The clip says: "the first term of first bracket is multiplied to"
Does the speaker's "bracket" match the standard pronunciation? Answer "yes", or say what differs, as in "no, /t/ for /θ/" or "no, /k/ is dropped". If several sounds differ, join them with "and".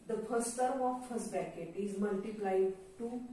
no, /ɹ/ is dropped